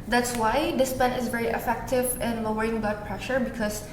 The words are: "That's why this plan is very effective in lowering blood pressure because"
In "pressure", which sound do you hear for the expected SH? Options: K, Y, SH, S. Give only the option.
SH